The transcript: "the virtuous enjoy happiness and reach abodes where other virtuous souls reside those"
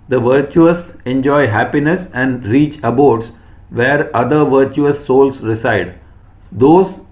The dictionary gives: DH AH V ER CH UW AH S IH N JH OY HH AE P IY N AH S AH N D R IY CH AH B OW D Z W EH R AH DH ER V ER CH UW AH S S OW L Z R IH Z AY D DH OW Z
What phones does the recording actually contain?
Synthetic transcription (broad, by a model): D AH V ER CH UW AH S IH N JH OY HH AE P IY N AH S AH N D R IY CH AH B OW D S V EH R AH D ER V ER CH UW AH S S OW L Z R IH S AY D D OW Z